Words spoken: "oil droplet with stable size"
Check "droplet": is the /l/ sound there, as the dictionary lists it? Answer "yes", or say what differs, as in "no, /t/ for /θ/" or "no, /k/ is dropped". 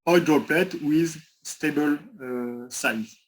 yes